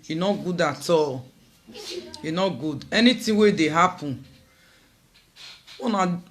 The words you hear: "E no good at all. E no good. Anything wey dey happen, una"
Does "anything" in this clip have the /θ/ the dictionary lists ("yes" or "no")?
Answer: no